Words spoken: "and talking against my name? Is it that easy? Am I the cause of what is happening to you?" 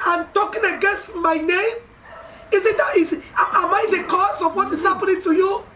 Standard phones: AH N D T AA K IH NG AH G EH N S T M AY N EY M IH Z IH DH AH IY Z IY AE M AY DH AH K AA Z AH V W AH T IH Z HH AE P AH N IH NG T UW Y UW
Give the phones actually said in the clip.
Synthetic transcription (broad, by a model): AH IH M T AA K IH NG AH G EH N S T M AY N EY M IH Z IH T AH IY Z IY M AY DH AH K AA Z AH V W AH T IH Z HH AE P AH N IH NG T UW Y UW